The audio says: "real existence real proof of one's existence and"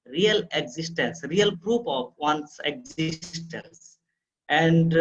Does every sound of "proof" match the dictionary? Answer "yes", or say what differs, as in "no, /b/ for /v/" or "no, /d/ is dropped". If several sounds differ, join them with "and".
no, /p/ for /f/